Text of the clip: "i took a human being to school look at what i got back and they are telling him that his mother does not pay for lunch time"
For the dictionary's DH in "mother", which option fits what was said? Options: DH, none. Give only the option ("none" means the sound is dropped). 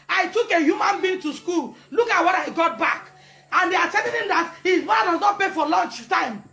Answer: none